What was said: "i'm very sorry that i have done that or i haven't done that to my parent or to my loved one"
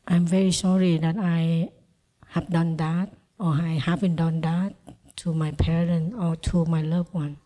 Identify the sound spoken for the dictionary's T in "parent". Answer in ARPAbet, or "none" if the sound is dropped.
none